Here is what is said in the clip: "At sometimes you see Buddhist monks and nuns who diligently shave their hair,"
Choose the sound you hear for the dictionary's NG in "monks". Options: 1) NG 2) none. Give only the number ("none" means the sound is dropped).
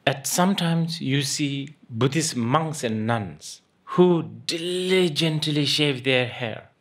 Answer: 1